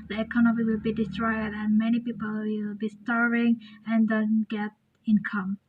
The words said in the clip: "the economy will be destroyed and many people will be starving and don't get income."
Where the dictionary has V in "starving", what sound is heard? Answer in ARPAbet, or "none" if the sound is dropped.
none